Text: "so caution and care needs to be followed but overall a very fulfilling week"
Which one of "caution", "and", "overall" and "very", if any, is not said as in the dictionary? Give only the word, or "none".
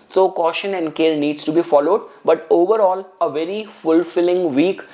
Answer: none